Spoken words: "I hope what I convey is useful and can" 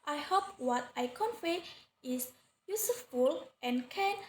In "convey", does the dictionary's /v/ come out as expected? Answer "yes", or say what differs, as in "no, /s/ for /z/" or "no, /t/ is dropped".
no, /f/ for /v/